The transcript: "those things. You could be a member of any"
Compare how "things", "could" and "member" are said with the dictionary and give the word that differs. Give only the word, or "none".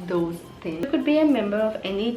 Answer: things